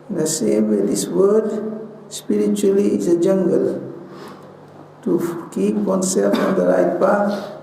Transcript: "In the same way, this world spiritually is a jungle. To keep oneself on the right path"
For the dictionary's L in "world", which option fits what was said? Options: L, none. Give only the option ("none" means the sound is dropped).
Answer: none